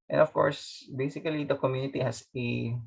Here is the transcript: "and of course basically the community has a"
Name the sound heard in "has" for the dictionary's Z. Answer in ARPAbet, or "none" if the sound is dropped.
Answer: S